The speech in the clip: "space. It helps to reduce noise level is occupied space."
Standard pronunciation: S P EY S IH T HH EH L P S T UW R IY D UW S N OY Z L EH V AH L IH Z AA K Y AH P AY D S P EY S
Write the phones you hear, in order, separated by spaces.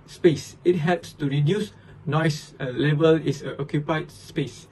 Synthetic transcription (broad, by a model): S P EY S IH T HH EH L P S T UW R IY D UW S N OY S L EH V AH L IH S AA K Y AH P AY D S P EY S